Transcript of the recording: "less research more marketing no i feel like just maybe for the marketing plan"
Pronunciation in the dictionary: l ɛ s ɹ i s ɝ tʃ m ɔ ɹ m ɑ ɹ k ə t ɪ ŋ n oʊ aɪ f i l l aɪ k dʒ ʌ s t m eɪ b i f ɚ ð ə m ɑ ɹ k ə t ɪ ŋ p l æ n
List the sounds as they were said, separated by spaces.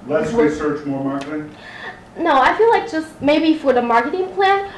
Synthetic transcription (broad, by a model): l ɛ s w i s ɝ tʃ m ɔ ɹ m ɑ ɹ k ə t ɪ ŋ n oʊ aɪ f i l l aɪ k dʒ ʌ s t m eɪ b i f ɚ ð ə m ɑ ɹ k ə t ɪ ŋ p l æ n